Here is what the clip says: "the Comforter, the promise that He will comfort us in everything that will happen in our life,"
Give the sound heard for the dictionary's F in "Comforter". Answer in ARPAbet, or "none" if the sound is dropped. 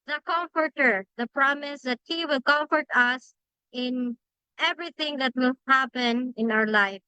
F